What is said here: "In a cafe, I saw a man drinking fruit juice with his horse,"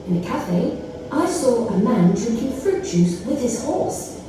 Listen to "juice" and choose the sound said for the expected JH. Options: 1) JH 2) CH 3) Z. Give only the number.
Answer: 2